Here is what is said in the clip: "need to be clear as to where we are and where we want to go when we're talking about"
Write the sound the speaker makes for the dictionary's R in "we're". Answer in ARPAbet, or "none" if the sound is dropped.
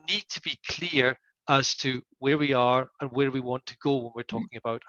R